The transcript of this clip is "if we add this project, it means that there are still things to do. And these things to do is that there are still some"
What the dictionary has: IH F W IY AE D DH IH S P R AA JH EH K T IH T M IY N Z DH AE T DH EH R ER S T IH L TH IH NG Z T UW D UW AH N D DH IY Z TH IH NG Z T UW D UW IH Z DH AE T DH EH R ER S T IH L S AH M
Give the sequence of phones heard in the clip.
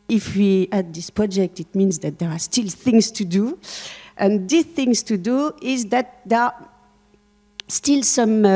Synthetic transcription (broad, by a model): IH F W IY AE D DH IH S P R AA JH EH K T IH T M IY N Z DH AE T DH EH R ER S T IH L TH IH NG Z T UW D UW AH N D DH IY TH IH NG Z T UW D UW IH Z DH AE T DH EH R S T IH L S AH M